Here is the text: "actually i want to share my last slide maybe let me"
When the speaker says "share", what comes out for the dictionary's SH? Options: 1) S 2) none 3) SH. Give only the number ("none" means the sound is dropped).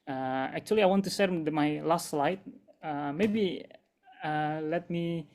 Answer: 1